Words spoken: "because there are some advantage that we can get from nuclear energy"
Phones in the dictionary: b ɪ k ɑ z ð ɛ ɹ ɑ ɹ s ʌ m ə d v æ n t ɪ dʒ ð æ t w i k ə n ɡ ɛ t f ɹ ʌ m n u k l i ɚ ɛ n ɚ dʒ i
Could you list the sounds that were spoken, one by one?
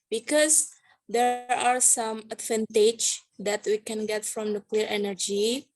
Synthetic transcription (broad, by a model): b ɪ k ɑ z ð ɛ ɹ ɑ ɹ s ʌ m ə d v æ n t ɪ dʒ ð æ t w i k ə n ɡ ɛ t f ɹ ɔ m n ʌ k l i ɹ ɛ n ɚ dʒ i